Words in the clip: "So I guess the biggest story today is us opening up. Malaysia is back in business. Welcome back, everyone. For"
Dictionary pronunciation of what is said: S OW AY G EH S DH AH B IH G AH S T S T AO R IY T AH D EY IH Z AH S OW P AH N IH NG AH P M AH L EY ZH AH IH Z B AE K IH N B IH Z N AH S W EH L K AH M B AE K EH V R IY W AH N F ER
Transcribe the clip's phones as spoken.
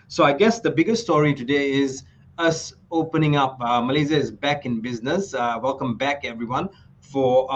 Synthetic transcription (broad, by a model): S OW AY G EH S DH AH B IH G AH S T S T AO R IY T AH D EY IH Z AH S OW P AH N IH NG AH P M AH L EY Z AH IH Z B AE K IH N B IH Z N AH S W EH L K AH M B AE K EH V R IY W AH N F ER